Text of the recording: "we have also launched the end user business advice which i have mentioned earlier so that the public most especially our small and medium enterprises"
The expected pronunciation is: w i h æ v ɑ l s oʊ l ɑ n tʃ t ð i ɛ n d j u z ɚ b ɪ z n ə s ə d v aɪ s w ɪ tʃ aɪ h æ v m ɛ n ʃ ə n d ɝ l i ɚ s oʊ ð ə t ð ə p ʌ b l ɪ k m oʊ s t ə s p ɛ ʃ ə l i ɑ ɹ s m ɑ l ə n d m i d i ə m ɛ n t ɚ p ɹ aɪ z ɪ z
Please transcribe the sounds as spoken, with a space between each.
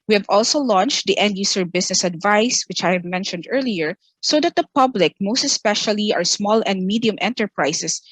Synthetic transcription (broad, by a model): w i h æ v ɑ l s oʊ l ɑ n tʃ t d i ɛ n d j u s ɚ b ɪ s n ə s ə d v aɪ s w ɪ tʃ aɪ h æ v m ɛ n ʃ ə n d ɝ l i ɚ s oʊ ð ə t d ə p ʌ b l ɪ k m oʊ s t ə s p ɛ ʃ ə l i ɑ ɹ s m ɑ l ə n d m i d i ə m ɛ n t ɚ p ɹ aɪ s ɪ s